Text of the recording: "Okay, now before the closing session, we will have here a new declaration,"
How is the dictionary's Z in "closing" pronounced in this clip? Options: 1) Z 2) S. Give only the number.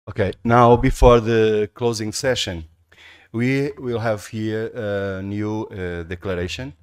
1